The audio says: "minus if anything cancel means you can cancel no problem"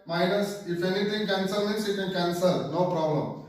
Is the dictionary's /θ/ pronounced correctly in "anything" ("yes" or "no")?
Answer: no